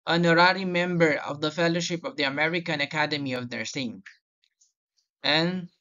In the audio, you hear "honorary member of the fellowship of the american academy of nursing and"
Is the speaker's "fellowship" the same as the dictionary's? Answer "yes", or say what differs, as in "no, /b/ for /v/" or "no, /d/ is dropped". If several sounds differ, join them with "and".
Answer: yes